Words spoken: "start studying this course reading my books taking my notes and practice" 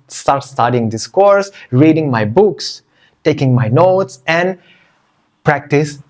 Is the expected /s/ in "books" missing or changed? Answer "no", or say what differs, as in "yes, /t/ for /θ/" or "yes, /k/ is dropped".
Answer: no